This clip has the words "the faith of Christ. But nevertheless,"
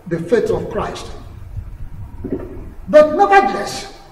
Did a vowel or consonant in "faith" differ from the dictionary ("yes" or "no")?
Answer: yes